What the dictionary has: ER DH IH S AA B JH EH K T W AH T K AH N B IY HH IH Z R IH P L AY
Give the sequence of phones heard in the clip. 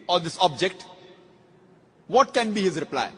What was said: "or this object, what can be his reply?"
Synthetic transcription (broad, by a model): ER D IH S AA B JH EH K T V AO T K AH N B IY HH IH Z R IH P L AY